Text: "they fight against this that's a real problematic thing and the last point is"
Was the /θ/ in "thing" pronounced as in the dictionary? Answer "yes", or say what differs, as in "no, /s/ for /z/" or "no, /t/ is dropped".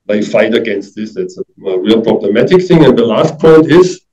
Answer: yes